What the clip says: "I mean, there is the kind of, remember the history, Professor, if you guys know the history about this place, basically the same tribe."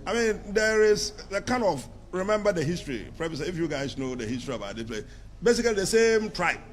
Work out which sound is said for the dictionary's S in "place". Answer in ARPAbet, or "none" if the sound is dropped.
none